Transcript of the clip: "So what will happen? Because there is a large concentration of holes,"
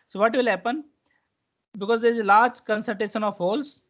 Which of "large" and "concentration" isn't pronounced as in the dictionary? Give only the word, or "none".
concentration